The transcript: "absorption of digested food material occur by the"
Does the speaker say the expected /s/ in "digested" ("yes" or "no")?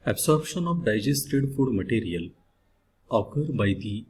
yes